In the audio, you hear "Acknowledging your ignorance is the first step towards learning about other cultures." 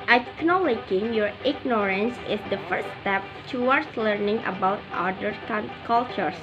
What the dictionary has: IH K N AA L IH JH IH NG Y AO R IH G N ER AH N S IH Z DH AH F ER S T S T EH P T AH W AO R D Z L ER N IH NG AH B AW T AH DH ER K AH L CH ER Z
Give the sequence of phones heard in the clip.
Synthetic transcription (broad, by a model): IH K N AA L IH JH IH NG Y AO R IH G N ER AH N S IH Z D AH F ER T S T EH P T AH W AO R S L ER N IH NG AH B AW T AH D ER K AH L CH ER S